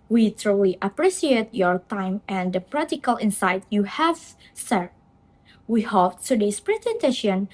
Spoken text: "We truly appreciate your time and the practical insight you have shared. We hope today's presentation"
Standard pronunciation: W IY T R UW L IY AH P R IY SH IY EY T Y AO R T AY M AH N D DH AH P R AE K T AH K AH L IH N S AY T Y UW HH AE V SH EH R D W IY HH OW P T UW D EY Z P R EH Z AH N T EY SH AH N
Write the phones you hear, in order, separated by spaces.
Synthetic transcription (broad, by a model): W IY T R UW L IY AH P R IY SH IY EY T Y AO R T AY M AH N D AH P R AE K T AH K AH L IH N S AY T Y UW HH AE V S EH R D W IY HH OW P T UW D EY S P R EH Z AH N T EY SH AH N